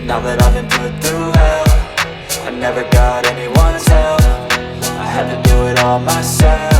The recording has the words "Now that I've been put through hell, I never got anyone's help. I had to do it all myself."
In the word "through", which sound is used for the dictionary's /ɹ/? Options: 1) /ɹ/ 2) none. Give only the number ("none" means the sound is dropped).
2